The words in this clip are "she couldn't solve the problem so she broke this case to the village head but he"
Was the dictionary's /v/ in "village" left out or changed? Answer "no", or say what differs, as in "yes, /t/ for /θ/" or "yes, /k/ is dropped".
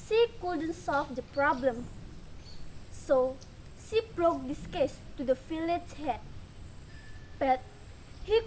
yes, /f/ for /v/